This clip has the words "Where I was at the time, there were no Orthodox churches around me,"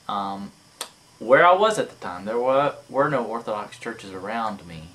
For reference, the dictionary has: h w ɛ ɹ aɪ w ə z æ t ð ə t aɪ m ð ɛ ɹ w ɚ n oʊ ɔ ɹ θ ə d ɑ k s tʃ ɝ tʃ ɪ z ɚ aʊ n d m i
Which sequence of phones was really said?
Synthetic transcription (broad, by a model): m w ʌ ɹ aɪ w ə z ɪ t ð ə t aɪ m ð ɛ ɹ w ɚ n oʊ ɔ ɹ θ ə d ɑ k s tʃ ɝ tʃ ɪ z ɚ aʊ n d m i